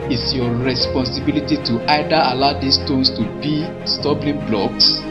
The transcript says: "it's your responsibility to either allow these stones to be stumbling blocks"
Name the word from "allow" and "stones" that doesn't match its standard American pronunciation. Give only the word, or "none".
stones